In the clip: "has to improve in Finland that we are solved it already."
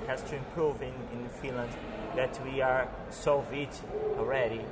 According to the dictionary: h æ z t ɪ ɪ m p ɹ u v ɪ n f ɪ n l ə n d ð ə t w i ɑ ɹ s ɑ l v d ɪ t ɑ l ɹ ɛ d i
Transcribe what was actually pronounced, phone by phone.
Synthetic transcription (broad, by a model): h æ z t ɪ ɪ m p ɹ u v ɪ n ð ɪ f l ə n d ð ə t w i ɑ ɹ s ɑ v ɪ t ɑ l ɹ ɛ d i